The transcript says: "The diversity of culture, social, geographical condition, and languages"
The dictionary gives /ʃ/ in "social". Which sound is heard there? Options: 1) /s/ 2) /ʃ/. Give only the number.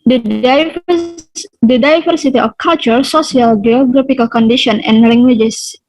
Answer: 1